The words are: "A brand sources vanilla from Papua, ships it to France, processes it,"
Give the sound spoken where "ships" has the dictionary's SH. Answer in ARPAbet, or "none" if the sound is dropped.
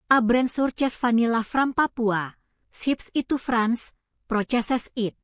S